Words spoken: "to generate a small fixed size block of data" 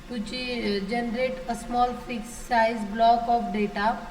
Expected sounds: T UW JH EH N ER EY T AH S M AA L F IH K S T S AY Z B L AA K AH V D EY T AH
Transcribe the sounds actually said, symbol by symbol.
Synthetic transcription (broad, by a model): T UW JH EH N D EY T AH S M AA L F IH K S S AY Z B L AA K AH P D EY T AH